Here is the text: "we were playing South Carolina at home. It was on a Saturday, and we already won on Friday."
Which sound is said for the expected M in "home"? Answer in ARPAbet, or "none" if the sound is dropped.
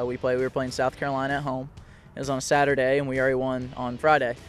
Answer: none